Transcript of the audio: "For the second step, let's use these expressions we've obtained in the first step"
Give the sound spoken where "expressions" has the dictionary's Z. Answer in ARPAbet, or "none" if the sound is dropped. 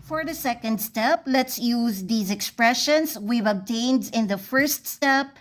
S